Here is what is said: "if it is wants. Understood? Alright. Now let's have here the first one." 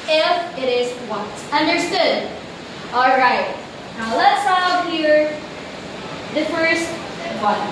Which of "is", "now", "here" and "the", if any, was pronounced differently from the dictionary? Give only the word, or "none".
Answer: none